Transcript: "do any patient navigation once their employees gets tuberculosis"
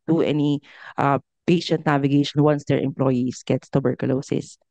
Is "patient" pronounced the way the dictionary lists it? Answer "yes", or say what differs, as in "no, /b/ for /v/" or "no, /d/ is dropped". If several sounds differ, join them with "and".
yes